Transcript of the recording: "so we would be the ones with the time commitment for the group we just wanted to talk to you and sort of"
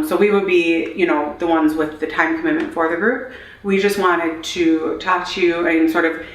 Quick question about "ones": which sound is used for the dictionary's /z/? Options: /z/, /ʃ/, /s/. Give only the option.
/z/